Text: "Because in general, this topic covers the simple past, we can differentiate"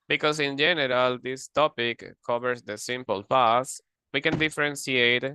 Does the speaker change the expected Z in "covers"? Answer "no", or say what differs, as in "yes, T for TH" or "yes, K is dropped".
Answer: yes, S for Z